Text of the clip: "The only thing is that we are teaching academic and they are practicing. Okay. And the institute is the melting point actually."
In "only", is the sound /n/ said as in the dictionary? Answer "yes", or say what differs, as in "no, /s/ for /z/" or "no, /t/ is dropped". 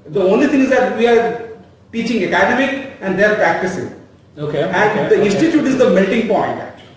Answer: yes